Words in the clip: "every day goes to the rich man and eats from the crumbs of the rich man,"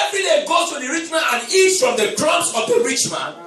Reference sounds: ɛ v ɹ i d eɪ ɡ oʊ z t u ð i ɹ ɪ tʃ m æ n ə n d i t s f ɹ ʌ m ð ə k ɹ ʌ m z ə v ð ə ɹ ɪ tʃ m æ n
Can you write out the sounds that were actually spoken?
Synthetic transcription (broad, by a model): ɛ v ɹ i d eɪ ɡ oʊ t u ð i ɹ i tʃ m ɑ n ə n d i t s f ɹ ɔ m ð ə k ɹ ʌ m s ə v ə ɹ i tʃ m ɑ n